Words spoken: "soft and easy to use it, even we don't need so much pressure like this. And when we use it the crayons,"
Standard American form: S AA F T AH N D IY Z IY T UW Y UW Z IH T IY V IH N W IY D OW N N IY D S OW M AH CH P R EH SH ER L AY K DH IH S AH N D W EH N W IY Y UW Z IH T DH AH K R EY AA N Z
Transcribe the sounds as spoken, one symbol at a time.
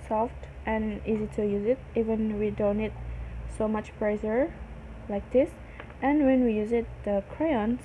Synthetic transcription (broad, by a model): S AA F T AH N IY Z IY T UW Y UW Z IH T IY V IH N W IY D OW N N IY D S OW M AH CH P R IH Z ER L AY K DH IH S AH N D W EH N W IY Y UW Z IH T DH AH K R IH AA N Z